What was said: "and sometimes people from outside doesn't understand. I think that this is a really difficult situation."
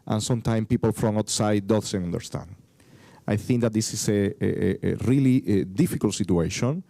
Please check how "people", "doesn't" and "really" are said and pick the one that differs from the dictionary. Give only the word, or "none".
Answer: doesn't